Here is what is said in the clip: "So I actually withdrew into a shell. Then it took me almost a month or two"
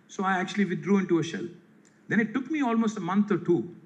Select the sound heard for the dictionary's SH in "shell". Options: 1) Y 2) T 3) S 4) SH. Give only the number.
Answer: 4